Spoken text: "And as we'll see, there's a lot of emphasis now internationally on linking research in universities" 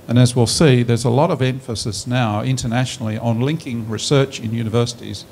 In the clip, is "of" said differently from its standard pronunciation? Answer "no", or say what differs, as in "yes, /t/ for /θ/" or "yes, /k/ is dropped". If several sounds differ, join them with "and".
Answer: no